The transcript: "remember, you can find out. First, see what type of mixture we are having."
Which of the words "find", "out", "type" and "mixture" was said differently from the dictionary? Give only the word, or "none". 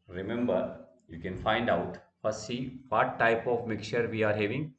mixture